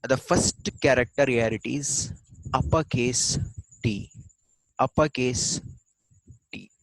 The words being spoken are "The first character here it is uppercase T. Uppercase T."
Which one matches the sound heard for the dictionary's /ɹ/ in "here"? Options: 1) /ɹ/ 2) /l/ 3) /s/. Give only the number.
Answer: 2